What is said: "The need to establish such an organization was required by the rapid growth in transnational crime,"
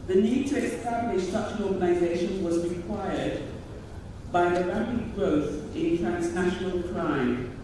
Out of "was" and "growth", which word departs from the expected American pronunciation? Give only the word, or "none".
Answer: none